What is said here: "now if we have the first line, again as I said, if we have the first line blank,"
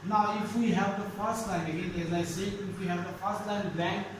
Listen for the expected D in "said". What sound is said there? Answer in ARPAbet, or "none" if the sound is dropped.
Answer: none